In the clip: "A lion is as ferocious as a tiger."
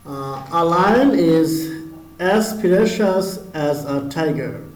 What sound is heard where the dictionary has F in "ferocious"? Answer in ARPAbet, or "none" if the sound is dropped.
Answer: P